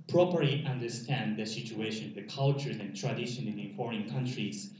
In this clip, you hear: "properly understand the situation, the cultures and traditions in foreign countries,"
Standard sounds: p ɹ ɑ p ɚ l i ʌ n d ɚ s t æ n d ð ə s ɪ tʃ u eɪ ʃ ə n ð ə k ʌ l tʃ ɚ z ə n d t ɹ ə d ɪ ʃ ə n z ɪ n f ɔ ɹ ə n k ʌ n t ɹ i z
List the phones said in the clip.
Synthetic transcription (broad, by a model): p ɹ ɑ p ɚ l i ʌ n d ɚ s t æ n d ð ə s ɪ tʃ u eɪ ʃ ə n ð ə k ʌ l tʃ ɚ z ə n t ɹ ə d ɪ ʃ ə n ɪ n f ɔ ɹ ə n k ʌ n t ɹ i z